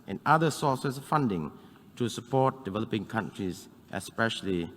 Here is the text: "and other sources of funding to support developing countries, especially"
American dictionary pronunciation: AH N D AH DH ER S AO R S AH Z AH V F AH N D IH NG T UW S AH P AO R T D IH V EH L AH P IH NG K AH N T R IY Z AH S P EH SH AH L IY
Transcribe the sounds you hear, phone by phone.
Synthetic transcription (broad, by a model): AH N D AH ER S AO S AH S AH F F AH N D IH NG T UW S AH P AO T D IH V EH L AH P IH NG K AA N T R IY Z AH S P EH SH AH L IY